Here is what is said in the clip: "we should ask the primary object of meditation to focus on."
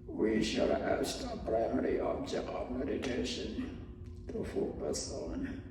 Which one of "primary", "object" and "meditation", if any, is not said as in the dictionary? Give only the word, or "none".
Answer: none